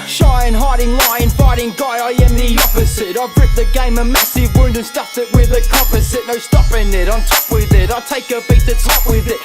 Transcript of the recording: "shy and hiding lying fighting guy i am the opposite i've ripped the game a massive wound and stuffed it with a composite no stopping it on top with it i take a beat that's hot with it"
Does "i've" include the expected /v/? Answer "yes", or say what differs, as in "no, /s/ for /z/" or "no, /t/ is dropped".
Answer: no, /b/ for /v/